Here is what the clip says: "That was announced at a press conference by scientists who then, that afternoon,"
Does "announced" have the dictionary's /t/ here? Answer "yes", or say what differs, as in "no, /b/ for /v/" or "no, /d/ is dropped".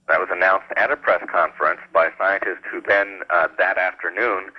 yes